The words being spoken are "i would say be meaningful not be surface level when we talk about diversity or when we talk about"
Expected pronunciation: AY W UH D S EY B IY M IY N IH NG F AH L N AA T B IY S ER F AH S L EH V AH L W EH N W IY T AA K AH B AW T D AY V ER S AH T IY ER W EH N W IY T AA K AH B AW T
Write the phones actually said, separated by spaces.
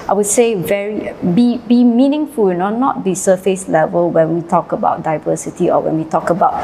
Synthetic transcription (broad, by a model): AY W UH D S EY B IY M IY N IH NG F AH N N AA T B IY S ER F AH S L EH V AH L W EH N W IY T AA K AH B AW T D AY V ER S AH T IY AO W EH N W IY T AA K AH B AW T